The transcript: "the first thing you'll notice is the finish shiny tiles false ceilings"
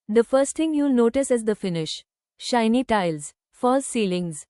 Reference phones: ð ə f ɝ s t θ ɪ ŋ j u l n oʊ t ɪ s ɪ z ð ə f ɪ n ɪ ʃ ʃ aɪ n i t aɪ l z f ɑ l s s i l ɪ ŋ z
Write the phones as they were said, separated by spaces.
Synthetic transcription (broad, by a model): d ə f ɝ s t t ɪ ŋ j u l n oʊ t ɪ s ɪ z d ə f ɪ n ɪ ʃ ʃ aɪ n i t aɪ l z f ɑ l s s i l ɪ ŋ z